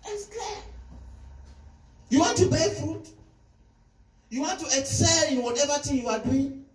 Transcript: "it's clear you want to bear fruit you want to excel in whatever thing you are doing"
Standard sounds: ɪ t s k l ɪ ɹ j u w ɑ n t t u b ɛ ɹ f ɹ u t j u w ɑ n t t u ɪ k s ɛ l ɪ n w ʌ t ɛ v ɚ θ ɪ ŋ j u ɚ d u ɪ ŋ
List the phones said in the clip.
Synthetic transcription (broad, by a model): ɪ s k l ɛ j u w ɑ n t t u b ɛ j f u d j u w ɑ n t t u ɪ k s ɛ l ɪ w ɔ t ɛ v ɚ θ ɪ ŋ j u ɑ d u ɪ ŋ